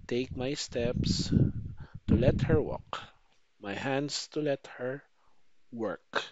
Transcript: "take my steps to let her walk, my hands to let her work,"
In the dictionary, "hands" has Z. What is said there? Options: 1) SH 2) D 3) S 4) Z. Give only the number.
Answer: 3